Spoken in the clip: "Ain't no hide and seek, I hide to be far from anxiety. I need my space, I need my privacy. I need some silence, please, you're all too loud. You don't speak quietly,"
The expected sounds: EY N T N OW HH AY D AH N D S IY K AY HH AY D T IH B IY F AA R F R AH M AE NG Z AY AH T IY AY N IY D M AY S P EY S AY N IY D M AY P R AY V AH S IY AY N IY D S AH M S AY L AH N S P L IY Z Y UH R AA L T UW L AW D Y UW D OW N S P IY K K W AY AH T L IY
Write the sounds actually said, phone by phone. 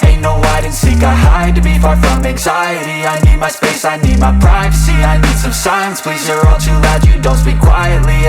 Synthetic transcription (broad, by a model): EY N N OW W AY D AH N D S IY K AY HH AY D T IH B IY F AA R F R AH M AE NG Z AY AH T IY AY N IY D M AY S P EY S AY N IY D M AY P R AY V AH S IY AY N IY D S AH M S AY AH N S P L IY Z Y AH R AA L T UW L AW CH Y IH D OW N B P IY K K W AY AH T L IY